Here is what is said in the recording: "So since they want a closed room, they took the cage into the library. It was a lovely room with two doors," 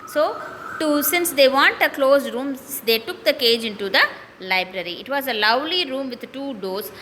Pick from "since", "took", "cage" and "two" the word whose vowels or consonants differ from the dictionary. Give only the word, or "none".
none